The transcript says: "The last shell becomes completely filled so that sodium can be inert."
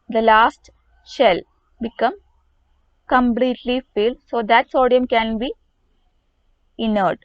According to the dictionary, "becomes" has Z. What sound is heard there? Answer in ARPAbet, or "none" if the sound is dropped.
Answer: none